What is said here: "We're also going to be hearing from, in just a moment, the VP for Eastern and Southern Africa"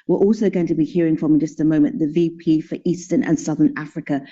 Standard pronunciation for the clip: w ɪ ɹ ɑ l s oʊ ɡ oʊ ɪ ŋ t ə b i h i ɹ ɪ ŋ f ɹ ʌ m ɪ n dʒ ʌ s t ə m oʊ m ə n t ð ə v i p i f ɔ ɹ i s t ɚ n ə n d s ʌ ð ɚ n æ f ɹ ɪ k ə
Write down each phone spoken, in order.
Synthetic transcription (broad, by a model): w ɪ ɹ ɑ l s oʊ ɡ oʊ ɪ ŋ t ə b i h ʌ ɹ ɪ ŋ f ɹ ʌ m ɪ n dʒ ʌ s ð ə m oʊ m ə n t ð ə v i p i f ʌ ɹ i s t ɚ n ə n s ʌ ð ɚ n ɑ f ɹ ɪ k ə